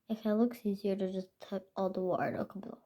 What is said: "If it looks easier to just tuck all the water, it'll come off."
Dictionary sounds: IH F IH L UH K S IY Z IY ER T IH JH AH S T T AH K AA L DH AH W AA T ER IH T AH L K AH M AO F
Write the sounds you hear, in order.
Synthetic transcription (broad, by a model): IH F IH L UH K S IY Z IY ER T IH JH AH S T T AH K AA L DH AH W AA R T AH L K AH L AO